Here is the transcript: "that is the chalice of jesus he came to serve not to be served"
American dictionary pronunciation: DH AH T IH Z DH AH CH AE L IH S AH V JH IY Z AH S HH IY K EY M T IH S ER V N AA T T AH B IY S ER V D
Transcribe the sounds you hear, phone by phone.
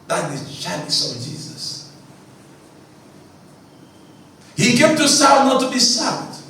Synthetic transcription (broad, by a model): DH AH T IH Z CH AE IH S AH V JH IY Z AH S HH IY K EY M T IH S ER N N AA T T AH B IY S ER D